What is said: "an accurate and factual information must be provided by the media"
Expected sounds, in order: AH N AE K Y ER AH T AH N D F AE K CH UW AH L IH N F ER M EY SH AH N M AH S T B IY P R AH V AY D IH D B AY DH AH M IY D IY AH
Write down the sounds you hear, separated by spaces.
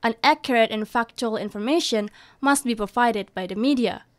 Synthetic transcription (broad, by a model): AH N AE K Y ER AH T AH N F AE K CH UW AH L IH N F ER M EY SH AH N M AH S T B IY P R AH V AY D IH D B AY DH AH M IY D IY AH